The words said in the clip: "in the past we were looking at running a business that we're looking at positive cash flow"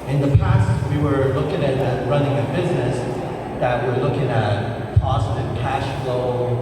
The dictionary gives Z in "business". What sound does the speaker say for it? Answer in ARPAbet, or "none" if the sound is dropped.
Z